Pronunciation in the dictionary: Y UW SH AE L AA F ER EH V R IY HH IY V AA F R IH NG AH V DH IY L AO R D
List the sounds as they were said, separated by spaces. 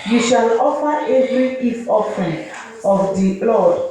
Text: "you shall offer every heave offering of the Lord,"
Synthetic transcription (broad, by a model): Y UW SH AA L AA F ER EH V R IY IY F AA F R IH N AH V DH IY L AO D